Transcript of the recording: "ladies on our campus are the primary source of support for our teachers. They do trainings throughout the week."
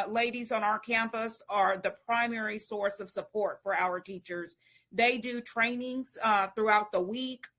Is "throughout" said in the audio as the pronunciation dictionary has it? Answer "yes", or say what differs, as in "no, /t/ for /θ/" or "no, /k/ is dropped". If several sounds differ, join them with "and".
yes